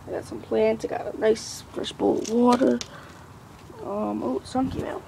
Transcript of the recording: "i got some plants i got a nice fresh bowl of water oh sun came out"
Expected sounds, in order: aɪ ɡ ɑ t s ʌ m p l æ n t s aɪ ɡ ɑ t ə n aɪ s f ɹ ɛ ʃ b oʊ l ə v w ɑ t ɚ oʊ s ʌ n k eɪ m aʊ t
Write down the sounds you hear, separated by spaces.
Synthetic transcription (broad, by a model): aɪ ɡ ɑ t s ʌ m p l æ n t aɪ ɡ ɑ t ə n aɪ s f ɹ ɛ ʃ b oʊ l w ɑ t ɚ oʊ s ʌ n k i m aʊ